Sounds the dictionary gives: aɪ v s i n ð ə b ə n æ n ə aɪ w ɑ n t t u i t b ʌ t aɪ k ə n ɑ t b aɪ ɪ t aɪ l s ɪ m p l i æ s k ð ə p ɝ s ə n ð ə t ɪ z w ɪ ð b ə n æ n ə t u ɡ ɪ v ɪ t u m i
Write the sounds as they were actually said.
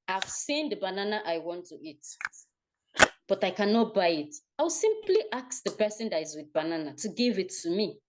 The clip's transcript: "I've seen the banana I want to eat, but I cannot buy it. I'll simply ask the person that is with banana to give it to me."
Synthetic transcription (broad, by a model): aɪ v s i n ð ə b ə n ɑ n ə aɪ w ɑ n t t u i t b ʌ t aɪ k ə n ɑ t b aɪ ɪ t aɪ w s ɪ m p l i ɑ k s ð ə p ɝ s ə n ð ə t ɪ z w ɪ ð b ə n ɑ n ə t u ɡ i v ɪ t u m i